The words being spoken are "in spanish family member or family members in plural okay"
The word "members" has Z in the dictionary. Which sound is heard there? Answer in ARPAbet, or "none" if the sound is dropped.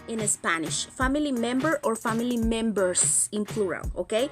S